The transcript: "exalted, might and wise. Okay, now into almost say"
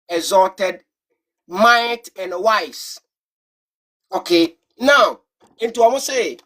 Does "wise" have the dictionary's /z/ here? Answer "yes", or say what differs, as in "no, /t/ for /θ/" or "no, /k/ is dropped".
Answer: no, /s/ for /z/